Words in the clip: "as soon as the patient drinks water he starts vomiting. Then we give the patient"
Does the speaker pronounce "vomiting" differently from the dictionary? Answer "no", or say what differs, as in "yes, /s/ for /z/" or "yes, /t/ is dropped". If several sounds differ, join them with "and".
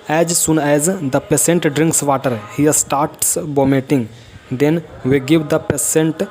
yes, /b/ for /v/